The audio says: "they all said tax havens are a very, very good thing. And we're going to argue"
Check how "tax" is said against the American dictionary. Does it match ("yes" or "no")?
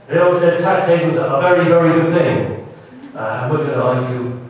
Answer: yes